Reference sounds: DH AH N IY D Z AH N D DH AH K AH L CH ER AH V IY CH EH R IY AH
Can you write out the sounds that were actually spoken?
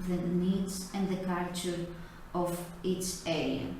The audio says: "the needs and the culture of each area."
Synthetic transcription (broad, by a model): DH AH N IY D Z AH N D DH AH K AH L CH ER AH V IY S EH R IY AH